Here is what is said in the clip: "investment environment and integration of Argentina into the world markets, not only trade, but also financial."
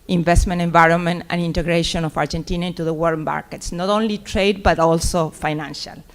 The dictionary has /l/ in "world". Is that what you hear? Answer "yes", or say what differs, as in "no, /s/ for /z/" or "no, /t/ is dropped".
no, /l/ is dropped